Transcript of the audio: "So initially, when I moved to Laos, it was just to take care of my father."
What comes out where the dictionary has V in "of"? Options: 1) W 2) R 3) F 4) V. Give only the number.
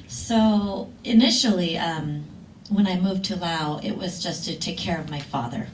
4